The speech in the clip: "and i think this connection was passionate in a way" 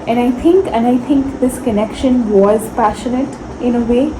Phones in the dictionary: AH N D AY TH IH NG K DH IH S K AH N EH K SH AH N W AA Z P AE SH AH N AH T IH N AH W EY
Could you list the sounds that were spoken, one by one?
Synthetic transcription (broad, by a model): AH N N AY T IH NG K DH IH S K AH N EH K SH AH N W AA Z P AE SH AH N AH T IH N AH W EY